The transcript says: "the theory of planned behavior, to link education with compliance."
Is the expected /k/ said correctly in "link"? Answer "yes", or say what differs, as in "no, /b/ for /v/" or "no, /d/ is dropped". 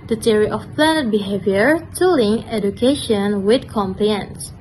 no, /k/ is dropped